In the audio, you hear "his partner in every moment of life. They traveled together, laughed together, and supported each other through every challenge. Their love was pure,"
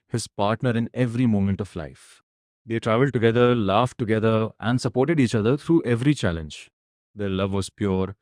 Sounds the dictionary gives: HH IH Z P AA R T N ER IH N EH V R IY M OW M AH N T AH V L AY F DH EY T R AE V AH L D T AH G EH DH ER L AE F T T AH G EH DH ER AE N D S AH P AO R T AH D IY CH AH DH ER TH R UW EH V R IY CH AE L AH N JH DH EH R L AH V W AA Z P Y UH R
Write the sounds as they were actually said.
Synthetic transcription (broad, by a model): HH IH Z P AA R T N ER IH N EH V R IY M OW M AH N T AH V L AY F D EY T R AE V AH L D T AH G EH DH ER L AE F T T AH G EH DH ER AE N D S AH P AO R T AH D IY CH AH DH ER T R UW EH V R IY CH AE L AH N JH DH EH R L AH V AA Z P Y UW R